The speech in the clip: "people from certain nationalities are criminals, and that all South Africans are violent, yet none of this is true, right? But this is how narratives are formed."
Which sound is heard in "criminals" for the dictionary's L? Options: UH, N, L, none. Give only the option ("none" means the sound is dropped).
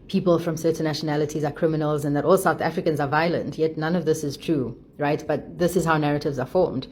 L